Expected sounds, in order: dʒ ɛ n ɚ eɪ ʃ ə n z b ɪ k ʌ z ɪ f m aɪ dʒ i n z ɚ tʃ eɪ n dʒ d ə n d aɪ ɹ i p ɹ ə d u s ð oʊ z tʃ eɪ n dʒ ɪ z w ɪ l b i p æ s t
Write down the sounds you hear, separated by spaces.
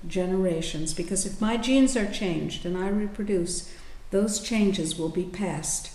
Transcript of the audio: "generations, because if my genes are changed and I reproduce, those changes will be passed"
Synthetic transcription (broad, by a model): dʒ ɛ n ɚ eɪ ʃ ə n z b ɪ k ʌ z ɪ f m aɪ dʒ i n z ɚ tʃ eɪ n dʒ d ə n aɪ ɹ i p ɹ ə d u s ð oʊ z tʃ eɪ n dʒ ɪ z w ɪ l b i p æ s t